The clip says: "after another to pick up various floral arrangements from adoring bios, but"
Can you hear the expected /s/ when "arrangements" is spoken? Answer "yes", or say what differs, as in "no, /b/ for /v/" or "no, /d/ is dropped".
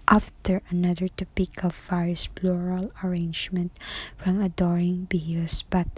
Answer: no, /s/ is dropped